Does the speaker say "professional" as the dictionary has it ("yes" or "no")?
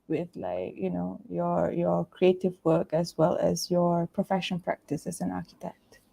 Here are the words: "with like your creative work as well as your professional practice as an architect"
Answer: no